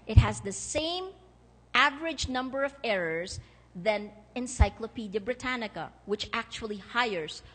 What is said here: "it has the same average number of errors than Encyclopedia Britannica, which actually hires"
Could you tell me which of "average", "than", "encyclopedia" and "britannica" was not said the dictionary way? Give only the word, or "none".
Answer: none